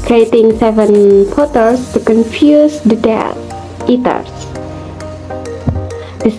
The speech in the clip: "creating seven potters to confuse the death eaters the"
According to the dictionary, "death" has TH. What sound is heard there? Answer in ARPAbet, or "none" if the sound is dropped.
T